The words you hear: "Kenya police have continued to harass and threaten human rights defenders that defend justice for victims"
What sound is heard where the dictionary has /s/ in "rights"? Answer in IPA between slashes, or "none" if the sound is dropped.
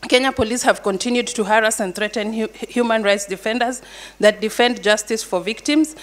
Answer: /s/